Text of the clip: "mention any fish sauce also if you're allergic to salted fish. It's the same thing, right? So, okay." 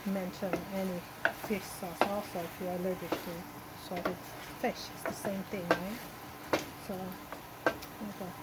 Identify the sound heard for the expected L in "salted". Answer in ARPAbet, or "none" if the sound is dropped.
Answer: none